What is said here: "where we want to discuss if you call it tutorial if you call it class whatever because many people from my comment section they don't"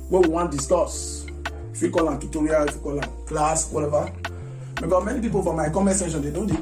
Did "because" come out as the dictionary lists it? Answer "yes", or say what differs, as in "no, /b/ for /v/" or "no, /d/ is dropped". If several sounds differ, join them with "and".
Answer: no, /z/ is dropped